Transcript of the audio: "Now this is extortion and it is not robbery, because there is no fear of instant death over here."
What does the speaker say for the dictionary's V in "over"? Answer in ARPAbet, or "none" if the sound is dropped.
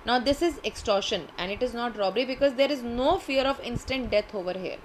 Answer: V